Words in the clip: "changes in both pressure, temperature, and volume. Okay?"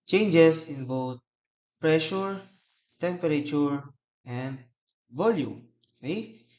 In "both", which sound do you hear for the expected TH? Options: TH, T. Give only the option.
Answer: T